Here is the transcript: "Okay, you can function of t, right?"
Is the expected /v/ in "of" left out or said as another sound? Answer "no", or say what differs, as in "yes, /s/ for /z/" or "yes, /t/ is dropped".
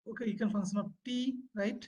yes, /p/ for /v/